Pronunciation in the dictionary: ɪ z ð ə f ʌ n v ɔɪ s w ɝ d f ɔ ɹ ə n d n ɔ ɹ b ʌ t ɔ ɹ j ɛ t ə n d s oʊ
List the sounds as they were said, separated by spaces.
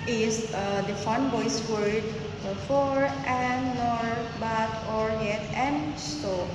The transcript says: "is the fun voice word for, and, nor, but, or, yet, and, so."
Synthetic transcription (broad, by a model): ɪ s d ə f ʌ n b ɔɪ s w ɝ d f ɔ ɹ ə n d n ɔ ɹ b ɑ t ɔ ɹ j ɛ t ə n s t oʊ